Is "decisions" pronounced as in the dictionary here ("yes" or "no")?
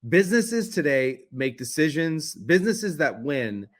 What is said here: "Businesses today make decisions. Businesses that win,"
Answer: yes